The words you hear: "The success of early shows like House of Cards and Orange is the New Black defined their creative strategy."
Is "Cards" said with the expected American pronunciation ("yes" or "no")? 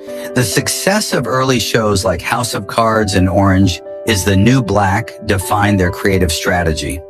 yes